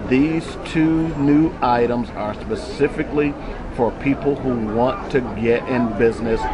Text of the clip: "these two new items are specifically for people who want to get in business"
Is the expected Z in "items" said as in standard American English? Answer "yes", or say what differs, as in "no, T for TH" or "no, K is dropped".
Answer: yes